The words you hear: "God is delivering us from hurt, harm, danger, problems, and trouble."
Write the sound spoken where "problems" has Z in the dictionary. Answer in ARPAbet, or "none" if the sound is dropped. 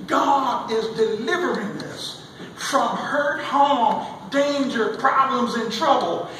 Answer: Z